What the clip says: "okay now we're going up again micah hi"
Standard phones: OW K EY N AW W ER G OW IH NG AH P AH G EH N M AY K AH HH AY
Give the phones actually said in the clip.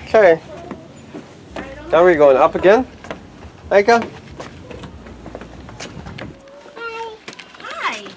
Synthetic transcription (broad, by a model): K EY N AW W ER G OW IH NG AH P AH G EH N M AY AH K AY